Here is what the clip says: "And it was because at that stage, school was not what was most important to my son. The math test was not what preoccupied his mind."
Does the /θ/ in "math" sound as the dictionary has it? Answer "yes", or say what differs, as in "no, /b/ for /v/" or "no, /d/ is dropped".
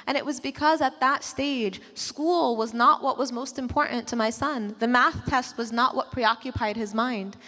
yes